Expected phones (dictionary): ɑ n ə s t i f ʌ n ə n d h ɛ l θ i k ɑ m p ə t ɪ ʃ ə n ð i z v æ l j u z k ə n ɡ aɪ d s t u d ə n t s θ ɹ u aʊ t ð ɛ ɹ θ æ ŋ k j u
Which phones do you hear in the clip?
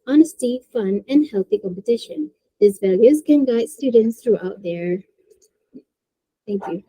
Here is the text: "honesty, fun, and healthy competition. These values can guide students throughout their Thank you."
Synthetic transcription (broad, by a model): ɑ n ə s t i f ʌ n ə n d h ɛ l θ i k ɑ m p ə t ɪ ʃ ə n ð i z v æ l j u z k ə n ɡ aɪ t s t u d n t s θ ɹ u aʊ t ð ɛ ɹ θ æ ŋ k j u